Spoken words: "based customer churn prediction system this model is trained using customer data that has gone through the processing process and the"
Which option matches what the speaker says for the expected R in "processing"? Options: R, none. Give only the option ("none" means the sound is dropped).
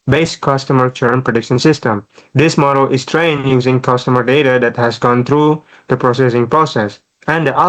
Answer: R